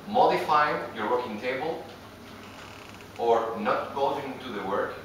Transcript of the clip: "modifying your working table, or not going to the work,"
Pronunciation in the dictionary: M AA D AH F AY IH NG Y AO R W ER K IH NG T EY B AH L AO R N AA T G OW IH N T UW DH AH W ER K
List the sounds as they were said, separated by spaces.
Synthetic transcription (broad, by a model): M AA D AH F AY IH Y Y AO R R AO K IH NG T EY B AH L AO R N AA T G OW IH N T UW DH AH W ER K